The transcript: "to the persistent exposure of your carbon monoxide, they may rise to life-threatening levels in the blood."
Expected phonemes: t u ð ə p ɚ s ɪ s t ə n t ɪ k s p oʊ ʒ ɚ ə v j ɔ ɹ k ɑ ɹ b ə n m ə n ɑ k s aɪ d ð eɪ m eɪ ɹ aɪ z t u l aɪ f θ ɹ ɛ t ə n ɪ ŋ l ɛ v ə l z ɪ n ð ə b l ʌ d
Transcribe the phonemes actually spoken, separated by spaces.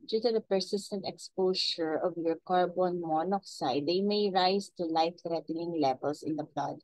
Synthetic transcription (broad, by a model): t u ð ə p ɚ s ɪ s t ə n t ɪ k s p oʊ ʃ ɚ ə v j ɔ ɹ k ɑ ɹ b ə n m ə n ɑ k s aɪ d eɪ m eɪ ɹ aɪ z t u l aɪ f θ ɹ ɛ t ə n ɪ ŋ l ɛ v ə l s ɪ n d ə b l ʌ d